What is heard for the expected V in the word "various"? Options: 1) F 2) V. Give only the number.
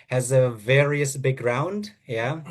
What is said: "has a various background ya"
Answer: 2